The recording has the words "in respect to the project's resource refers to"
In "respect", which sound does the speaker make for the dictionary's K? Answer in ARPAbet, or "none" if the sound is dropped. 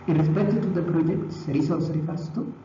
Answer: none